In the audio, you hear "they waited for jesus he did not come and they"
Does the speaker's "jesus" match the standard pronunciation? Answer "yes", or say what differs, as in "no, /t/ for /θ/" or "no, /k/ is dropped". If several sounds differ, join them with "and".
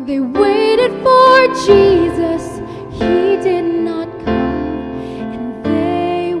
yes